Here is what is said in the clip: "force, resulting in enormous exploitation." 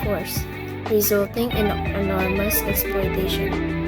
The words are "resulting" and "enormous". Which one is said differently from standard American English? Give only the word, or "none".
none